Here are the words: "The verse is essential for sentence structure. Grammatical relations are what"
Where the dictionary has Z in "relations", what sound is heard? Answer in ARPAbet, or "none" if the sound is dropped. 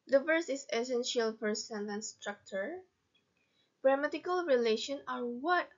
none